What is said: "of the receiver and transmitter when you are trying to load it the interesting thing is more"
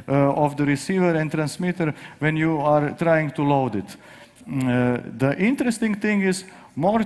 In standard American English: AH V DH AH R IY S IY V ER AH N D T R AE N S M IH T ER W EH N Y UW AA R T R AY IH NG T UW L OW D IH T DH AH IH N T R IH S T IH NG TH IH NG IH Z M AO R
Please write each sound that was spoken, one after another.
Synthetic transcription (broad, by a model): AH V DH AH R IY S IY V ER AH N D T R AE N S M IH T ER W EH N Y UW AA R T R AY IH NG T UW L OW D IH T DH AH IH N T R IH S T IH NG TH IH NG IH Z M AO R